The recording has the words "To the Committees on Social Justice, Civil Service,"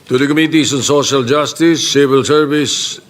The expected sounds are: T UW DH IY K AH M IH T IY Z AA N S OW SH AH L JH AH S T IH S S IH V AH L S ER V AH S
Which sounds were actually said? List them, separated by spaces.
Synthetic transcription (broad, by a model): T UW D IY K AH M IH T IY S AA N S OW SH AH L JH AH S T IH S S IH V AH L S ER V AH S